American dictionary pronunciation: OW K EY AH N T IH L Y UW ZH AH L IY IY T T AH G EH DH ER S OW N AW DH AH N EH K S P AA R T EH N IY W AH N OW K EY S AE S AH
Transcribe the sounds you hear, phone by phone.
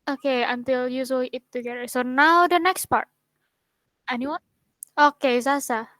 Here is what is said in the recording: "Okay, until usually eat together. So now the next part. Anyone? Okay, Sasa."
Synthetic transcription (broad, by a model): OW K EY AH N T IH L Y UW S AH IY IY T T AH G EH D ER S OW N AW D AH N EH K S P AA R T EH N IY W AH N OW K EY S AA S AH